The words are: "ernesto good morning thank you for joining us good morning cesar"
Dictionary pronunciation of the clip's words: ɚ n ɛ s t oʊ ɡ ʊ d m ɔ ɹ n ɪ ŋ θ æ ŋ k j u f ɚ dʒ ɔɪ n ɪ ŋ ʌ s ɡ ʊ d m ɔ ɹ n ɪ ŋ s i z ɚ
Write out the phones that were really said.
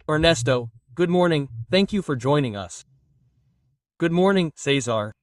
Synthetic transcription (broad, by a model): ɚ n ɛ s t oʊ ɡ ʊ d m ɔ ɹ n ɪ ŋ θ æ ŋ k j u f ɚ dʒ ɔɪ n ɪ ŋ ʌ s ɡ ʊ d m ɔ ɹ n ɪ ŋ s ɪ z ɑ